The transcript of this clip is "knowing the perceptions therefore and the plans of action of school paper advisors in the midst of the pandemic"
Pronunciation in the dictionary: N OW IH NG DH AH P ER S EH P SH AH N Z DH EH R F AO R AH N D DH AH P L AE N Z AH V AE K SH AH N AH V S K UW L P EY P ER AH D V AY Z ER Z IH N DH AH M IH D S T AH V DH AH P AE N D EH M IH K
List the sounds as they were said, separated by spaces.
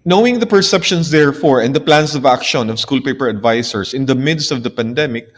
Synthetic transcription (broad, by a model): N OW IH NG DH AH P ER S EH P SH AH N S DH EH R F AO R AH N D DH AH P L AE N S AH V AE K SH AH N AH V S K UW L P EY P ER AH D V AY S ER S IH N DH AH M IH D S T AH V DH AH P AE N D EH M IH K